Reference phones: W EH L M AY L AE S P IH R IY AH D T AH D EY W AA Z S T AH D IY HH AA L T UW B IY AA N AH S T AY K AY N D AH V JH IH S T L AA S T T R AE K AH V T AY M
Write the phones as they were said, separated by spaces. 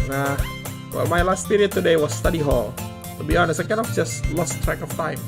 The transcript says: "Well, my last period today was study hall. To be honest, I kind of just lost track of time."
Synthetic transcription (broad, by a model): W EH L M AY L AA S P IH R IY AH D T AH D EY W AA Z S T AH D IY HH AA L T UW B IY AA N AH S AY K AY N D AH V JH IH S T L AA S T T R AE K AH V T AY M